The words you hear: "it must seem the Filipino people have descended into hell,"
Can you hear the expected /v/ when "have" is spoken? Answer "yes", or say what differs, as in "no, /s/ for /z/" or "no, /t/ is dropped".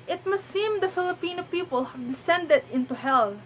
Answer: yes